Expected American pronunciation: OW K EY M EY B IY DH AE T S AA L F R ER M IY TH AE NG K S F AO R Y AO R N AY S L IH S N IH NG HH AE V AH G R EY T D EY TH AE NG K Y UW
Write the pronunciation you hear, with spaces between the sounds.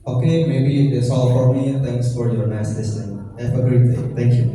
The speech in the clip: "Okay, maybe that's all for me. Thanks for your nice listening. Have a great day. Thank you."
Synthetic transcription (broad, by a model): OW K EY M EY B IY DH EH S AA L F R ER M IY T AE NG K S F AO R Y AO R N AY S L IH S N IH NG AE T AH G R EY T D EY T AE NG K Y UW